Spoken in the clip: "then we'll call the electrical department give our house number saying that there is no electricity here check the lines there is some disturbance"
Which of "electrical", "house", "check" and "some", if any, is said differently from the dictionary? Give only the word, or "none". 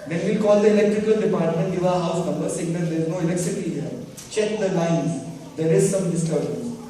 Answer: none